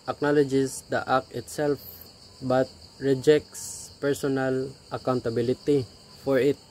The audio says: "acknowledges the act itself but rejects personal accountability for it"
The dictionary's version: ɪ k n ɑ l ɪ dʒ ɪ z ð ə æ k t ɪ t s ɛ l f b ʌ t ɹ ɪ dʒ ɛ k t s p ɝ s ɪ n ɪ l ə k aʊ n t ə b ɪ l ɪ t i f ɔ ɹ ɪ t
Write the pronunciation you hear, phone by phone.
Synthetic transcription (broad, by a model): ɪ k n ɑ l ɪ dʒ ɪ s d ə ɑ k ɪ t s ɛ l f b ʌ t ɹ ɪ dʒ ɛ k t s p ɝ s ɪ n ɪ l ə k aʊ n t ə b ɪ l ɪ t i f ɔ ɹ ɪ t